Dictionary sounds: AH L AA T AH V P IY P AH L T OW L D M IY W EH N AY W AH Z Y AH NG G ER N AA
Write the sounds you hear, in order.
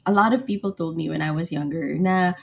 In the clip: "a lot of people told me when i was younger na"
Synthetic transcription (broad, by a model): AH L AA T AH V P IY P L T OW L D M IY W EH N AY W AH Z Y AH NG G ER N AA